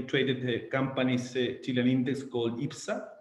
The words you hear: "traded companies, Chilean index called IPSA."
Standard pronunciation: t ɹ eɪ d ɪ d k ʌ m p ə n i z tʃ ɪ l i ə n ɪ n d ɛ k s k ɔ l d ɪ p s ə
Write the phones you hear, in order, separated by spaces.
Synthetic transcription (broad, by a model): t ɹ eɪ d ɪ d k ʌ m p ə n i s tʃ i l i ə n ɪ n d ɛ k s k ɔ l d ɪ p s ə